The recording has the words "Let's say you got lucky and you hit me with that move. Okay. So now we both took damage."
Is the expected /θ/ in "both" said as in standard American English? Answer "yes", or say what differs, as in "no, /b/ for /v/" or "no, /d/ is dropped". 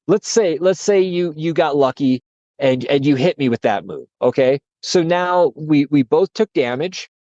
yes